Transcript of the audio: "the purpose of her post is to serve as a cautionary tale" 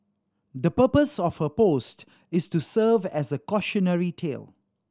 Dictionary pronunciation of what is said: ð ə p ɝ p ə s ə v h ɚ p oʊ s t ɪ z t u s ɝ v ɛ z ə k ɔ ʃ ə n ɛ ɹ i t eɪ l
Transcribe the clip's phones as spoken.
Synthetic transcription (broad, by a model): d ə p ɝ p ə s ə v h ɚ p oʊ s t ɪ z t u s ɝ v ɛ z ə k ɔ ʃ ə n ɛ ɹ i t eɪ l